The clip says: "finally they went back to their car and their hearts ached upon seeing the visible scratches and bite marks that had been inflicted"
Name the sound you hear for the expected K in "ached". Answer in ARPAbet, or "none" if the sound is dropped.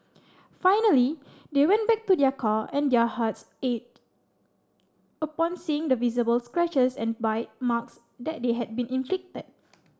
none